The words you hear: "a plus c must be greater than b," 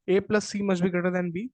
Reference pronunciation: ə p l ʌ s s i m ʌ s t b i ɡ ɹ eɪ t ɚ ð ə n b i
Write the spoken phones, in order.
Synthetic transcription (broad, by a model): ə p l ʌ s s i m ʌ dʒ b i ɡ ʌ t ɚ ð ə n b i